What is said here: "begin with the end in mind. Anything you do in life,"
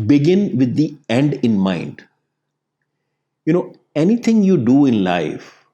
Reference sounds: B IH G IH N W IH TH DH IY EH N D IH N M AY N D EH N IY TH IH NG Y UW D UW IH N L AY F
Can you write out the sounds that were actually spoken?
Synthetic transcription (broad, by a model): B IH G IH N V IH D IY EH N D IH N M AY N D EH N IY T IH NG Y UW D UW IH N L AY F